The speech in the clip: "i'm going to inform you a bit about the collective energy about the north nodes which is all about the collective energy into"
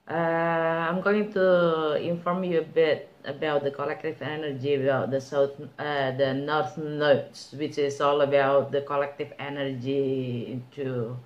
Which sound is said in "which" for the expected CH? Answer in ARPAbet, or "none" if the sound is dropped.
CH